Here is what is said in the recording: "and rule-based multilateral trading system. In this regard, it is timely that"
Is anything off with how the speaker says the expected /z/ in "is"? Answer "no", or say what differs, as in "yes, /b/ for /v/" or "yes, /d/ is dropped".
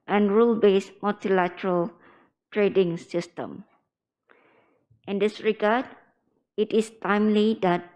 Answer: yes, /s/ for /z/